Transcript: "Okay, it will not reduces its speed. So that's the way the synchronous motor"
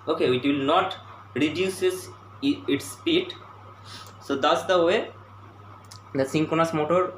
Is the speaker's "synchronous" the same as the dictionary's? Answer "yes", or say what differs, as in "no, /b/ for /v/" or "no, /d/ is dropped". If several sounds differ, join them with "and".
no, /ɹ/ is dropped